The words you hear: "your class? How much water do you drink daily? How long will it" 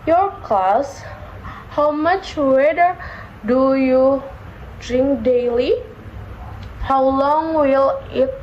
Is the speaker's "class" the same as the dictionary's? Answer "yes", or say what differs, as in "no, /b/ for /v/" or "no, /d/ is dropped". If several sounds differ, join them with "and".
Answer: no, /l/ is dropped